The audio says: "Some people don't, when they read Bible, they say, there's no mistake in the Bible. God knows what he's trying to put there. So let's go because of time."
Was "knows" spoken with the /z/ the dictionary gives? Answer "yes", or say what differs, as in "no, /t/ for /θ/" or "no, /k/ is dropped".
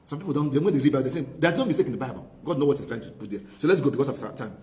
no, /z/ is dropped